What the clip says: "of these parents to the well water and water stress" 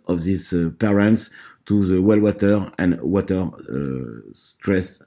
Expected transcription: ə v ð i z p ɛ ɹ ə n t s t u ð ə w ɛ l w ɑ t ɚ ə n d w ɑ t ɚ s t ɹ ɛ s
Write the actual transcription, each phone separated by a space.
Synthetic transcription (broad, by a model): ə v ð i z p ɛ ɹ ə n t s t u ð ə w ɛ l w ɑ t ɚ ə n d w ɑ t ɚ s t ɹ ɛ s